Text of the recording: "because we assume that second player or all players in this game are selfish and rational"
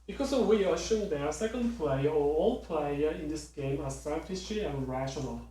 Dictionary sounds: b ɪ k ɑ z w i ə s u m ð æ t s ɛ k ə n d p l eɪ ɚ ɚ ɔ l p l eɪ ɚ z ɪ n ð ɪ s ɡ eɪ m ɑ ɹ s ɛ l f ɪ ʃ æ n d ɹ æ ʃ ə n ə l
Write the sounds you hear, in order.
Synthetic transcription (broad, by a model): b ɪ k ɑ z w i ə ʃ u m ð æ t s ɛ k ə n d p l eɪ ɚ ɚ ɔ l p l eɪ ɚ ɪ n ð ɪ s ɡ eɪ m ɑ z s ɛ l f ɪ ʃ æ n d ɹ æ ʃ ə n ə l